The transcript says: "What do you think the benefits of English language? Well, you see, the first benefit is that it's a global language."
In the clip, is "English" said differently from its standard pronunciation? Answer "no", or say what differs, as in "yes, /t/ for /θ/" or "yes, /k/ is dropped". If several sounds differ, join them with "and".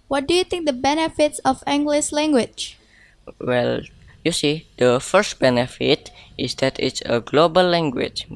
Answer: yes, /s/ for /ʃ/